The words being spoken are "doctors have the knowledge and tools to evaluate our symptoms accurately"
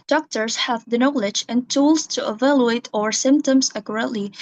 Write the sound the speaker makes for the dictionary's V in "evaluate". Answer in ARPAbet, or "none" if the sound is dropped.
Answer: V